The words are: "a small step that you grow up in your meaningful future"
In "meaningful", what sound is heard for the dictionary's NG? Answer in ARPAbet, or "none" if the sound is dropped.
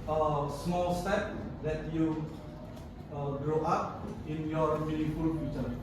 none